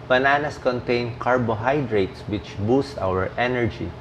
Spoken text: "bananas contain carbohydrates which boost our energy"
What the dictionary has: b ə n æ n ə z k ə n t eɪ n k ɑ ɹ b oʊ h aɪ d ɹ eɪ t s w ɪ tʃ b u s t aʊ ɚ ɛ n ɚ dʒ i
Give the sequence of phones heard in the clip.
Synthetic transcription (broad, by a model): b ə n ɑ n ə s k ə n t eɪ n k ɑ ɹ b oʊ h aɪ d ɹ eɪ t s w ɪ tʃ b u s t aʊ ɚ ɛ n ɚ dʒ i